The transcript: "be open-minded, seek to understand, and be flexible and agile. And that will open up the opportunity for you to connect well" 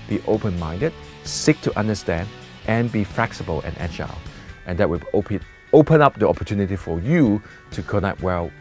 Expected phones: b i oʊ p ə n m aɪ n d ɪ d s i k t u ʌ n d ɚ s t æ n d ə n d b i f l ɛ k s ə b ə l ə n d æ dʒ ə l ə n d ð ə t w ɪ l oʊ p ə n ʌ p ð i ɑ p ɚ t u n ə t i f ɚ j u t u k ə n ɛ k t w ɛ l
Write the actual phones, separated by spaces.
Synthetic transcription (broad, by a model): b i oʊ p ə n m aɪ n d ɪ d s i k t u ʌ n d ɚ s t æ n d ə n b i f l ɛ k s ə b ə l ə n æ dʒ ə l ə n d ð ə t w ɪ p oʊ p ə n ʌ p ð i ɑ p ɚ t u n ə t i f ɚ j u t u k ə n ɛ k t w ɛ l